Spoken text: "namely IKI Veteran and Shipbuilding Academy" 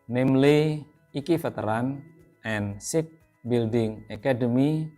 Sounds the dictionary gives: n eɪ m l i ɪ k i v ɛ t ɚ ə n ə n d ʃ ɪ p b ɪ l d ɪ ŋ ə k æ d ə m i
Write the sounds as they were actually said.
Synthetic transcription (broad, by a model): n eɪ m l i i k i f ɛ t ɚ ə n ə n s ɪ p b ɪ l d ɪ ŋ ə k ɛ d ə m i